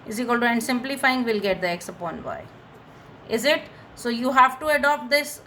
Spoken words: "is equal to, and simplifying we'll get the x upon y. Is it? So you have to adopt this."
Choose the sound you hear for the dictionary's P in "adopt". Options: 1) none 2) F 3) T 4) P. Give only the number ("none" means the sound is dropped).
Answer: 4